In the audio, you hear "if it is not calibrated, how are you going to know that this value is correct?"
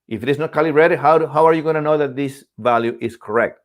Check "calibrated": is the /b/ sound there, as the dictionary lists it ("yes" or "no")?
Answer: no